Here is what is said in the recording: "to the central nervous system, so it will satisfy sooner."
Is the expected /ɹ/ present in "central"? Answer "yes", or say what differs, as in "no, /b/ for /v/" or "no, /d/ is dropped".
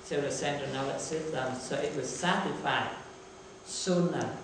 no, /ɹ/ is dropped